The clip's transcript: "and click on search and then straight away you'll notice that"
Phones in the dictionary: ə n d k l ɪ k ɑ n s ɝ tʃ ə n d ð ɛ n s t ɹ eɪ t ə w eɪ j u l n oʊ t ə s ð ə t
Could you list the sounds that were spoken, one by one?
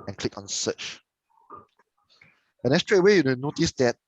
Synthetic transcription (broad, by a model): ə n k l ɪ k ɑ n s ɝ tʃ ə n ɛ s t ɹ eɪ t w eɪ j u n n oʊ t ə s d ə t